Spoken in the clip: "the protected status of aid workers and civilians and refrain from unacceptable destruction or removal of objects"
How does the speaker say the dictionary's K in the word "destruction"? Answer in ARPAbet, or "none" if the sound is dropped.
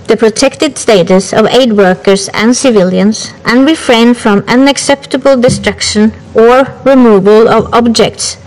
K